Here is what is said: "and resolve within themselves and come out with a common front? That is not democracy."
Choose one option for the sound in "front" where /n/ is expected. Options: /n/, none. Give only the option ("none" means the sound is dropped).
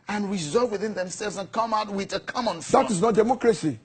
none